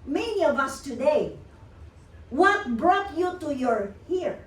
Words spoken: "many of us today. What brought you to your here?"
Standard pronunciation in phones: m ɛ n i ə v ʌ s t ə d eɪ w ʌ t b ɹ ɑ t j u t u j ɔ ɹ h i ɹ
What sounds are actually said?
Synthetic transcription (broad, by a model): m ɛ n i ə v ʌ s t ə d eɪ w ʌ t b ɹ ɑ t j u t u j ɔ ɹ h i ɹ